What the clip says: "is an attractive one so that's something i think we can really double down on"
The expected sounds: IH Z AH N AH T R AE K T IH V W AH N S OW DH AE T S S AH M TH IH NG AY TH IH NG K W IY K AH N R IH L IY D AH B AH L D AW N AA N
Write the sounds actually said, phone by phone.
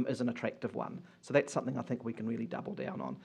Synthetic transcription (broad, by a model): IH Z AH N AH T R AE K T IH V W AH N S OW DH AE T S S AH M TH IH NG AY TH IH NG K W IY K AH N R IH L IY D AH B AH L D AW N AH N